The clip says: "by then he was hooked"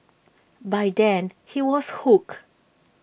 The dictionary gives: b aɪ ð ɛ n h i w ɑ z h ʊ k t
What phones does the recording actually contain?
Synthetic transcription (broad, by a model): b aɪ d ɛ n h i w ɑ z h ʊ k